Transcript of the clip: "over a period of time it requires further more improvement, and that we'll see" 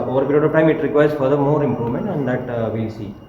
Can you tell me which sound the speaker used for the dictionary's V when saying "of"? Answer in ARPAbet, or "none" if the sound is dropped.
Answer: P